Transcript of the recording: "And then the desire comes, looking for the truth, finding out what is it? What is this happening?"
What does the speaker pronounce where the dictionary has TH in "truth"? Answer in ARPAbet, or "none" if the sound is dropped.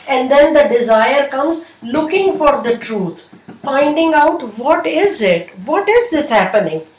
T